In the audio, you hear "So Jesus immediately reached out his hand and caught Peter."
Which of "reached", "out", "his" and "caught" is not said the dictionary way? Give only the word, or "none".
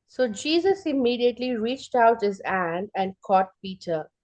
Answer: none